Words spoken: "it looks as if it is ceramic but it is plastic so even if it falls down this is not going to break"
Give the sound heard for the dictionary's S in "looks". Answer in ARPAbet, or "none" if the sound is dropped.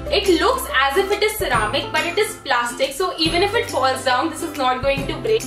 S